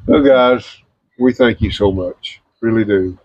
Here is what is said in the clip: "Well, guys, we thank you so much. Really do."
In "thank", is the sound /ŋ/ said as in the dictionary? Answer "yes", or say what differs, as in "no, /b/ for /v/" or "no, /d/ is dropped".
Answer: yes